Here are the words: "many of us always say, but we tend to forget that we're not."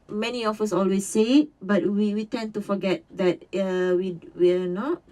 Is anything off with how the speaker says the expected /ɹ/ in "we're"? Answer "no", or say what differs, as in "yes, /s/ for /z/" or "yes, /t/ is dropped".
yes, /w/ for /ɹ/